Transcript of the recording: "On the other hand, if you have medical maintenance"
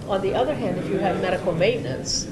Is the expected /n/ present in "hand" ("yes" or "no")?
yes